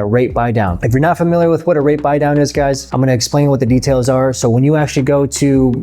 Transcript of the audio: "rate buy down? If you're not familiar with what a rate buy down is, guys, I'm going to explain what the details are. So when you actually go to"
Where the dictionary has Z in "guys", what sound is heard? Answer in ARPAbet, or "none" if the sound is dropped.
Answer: Z